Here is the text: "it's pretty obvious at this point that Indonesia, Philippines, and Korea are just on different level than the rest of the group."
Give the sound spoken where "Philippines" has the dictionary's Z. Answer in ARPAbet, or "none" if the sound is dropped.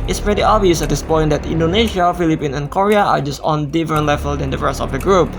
none